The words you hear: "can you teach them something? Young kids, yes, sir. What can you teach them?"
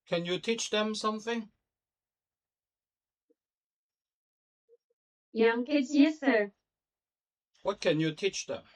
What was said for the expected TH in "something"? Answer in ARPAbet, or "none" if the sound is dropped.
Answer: TH